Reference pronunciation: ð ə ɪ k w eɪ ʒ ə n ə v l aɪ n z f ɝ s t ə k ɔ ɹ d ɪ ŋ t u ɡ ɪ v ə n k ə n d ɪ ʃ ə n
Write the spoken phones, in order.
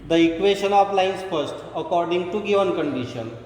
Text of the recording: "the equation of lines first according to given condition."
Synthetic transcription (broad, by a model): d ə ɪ k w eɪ ʃ ə n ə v l aɪ n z f ɝ s t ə k ɔ ɹ d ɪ ŋ t u ɡ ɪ v ə n k ə n d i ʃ ə n